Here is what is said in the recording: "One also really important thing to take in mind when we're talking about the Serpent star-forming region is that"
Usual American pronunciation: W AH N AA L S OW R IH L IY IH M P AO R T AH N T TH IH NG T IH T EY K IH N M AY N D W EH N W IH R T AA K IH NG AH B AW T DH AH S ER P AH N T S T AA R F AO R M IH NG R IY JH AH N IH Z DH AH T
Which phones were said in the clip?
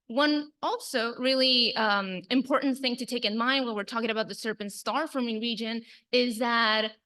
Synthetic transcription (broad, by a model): W AH N AA L S OW R IH L IY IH M P AO R T N TH IH NG T IH T EY K IH N M AY N D W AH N W IH R T AA K IH NG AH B AW T DH AH S ER P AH N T S T AA R F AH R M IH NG R IY JH AH N IH Z DH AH T